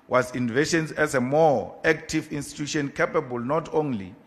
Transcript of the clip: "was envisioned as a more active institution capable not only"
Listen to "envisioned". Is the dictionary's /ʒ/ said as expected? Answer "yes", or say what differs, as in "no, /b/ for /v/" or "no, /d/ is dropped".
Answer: no, /ʃ/ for /ʒ/